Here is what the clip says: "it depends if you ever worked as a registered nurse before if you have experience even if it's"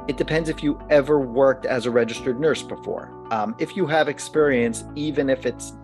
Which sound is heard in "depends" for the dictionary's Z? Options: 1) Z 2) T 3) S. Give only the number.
1